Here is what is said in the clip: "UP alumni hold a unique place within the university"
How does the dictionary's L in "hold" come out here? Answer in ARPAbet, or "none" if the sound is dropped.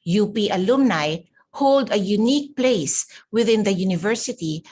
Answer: L